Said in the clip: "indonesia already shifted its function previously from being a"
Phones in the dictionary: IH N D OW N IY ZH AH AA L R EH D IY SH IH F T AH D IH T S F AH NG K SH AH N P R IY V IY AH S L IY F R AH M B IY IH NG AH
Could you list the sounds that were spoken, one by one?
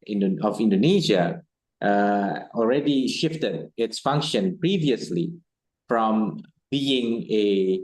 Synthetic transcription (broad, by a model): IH N D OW N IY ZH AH AA L R EH D IY SH IH F T AH D IH T S F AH NG K SH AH N P R IY V IY AH S L IY F R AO M B IY IH NG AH